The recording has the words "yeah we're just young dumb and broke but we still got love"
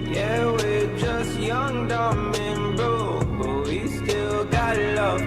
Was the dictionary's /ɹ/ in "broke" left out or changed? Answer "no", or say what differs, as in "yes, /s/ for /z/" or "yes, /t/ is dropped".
yes, /ɹ/ is dropped